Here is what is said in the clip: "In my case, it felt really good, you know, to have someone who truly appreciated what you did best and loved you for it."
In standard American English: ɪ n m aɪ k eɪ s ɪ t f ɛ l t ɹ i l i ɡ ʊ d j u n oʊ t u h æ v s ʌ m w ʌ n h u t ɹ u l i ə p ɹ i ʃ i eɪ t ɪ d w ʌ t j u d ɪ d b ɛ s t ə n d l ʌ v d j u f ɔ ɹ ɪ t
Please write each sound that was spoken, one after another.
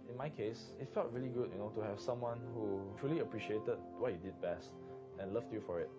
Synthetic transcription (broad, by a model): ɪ n m aɪ k eɪ s ɪ t f ɛ l t ɹ i l i ɡ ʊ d j u n oʊ t u h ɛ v s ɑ m w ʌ n h u t ɹ u l i ə p ɹ i ʃ i eɪ t ɪ d w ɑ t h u d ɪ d b ɛ s t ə n l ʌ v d j u f ɔ ɹ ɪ t